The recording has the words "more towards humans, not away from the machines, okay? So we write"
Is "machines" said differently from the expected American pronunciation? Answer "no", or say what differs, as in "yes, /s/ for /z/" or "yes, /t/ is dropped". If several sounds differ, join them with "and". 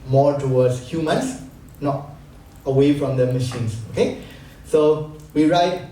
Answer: yes, /s/ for /z/